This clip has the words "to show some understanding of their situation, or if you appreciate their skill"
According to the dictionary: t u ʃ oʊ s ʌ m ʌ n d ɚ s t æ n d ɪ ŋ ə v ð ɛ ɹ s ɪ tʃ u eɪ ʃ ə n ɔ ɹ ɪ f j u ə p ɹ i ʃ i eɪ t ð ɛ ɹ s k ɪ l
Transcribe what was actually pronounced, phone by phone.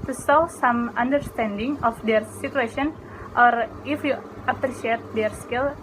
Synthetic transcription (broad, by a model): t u s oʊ s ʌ m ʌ n d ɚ s t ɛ n d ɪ ŋ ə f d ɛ ɹ s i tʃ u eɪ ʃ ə n ɔ ɹ ɪ f j u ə p ɹ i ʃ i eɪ t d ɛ ɹ s k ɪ l